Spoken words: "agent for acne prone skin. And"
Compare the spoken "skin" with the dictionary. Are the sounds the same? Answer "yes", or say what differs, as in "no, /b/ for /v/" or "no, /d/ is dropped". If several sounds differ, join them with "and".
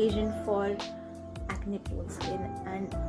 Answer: no, /k/ is dropped